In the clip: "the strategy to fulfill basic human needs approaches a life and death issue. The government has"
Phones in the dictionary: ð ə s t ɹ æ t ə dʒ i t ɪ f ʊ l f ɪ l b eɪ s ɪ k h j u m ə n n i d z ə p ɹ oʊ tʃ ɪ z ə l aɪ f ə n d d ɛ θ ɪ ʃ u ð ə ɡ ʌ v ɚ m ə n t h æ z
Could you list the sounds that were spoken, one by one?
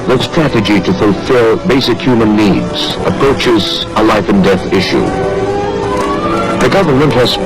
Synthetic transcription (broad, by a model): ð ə s t ɹ æ t ə dʒ i t ɪ f ʊ l f ɪ l b eɪ s ɪ k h j u m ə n n i d z ə p ɹ oʊ tʃ ɪ z ə l aɪ f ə n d d ɛ θ ɪ ʃ u ð ə ɡ ʌ v ɚ m ə n t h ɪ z